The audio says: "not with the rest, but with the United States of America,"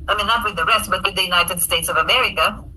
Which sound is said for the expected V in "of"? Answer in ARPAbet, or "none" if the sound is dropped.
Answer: V